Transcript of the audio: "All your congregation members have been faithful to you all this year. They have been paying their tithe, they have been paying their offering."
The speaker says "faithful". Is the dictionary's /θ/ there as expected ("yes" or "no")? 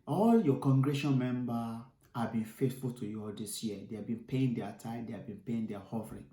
no